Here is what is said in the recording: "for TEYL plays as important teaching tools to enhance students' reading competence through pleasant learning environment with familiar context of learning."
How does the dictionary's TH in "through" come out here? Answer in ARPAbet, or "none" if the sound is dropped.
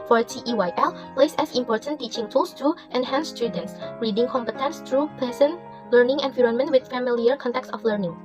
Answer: T